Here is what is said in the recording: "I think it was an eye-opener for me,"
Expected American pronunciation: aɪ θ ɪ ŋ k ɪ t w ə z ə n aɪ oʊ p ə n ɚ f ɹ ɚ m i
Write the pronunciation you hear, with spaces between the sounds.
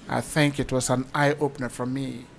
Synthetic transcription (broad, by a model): aɪ θ ɪ ŋ k ɪ t w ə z ə n aɪ oʊ p ə n ɚ f ɹ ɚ m i